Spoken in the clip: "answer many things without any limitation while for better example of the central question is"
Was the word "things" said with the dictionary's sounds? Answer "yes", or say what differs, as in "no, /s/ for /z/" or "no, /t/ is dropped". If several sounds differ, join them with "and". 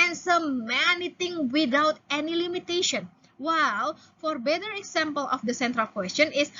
no, /t/ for /θ/ and /z/ is dropped